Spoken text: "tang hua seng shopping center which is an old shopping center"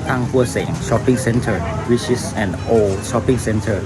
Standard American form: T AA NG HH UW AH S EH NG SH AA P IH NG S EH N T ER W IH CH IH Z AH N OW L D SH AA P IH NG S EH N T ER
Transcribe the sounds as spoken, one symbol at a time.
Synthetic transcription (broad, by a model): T AA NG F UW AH S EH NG SH AA P IH NG S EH N T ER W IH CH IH S AH N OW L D SH AA P IH NG S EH N T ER